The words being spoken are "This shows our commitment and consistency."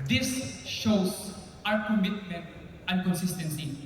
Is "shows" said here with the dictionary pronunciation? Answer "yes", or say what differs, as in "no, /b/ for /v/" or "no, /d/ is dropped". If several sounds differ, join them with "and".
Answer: no, /s/ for /z/